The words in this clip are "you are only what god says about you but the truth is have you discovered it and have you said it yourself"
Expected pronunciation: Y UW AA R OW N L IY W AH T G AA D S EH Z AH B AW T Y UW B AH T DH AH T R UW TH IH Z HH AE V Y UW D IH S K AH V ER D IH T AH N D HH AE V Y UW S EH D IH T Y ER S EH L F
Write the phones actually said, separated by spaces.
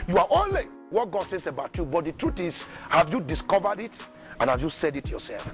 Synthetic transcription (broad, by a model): Y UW AA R OW N L IY W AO T G AA D S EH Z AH B AW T Y UW B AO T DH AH T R UW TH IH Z HH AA V Y UW D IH S K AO V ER D IH T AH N HH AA V Y UW S EH D IH T Y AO S EH L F